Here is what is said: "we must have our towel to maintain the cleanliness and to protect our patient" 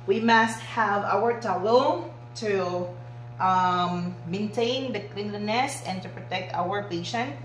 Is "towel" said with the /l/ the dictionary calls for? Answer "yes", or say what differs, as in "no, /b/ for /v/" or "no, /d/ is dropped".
no, /n/ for /l/